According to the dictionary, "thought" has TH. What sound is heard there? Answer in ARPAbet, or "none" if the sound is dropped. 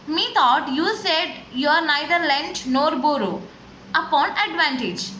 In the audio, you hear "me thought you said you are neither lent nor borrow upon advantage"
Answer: T